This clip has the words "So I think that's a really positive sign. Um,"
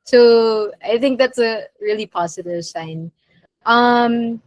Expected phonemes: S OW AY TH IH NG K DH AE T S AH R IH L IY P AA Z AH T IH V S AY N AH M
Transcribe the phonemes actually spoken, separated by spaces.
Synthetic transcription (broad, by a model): S OW AY TH IH NG K DH AE T S AH R IH L IY P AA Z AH T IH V S AY N AH M